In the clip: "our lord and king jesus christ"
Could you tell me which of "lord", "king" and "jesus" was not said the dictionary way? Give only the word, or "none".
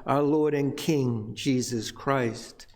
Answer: none